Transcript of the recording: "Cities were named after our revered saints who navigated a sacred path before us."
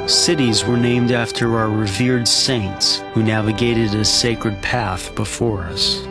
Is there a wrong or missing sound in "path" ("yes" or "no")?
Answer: no